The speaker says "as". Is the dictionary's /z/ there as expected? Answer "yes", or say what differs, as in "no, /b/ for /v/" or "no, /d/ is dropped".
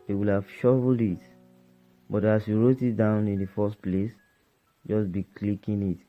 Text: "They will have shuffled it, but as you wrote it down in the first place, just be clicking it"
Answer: no, /s/ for /z/